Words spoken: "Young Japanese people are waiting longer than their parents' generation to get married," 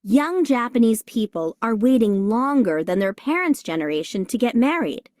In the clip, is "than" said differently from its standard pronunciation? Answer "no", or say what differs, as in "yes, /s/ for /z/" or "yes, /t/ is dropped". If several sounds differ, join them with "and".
no